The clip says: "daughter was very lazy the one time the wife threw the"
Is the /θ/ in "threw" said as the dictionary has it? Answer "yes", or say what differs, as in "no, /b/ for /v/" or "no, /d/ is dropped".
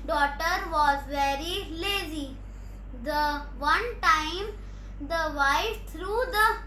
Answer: no, /t/ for /θ/